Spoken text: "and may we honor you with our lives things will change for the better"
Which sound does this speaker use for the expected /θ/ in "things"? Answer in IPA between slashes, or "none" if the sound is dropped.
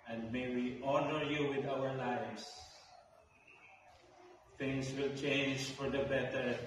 /t/